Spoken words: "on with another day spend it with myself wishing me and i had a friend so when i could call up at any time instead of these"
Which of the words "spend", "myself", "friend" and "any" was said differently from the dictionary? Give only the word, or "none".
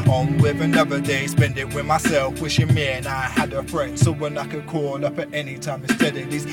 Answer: none